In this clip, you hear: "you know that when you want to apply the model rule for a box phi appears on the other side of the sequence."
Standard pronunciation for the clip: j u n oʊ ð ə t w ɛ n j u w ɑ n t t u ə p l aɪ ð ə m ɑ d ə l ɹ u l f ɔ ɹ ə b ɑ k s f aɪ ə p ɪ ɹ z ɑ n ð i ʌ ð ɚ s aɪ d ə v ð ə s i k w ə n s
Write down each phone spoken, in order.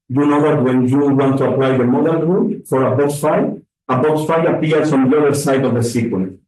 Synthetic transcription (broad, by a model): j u n oʊ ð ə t w ɛ n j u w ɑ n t t u ə p l aɪ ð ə m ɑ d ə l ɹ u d f ɔ ɹ ə b ɑ k s f aɪ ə b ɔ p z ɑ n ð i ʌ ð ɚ s aɪ d ə v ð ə s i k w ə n